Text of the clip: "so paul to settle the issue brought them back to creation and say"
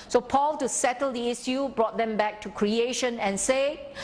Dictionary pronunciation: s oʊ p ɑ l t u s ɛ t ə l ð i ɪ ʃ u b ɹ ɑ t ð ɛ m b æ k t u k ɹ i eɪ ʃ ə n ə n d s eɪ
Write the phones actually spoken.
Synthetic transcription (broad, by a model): s oʊ p ɑ l t u s ɛ t ə l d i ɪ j u b ɹ ɑ t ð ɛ m b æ k t u k ɹ i eɪ ʃ ə n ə n s eɪ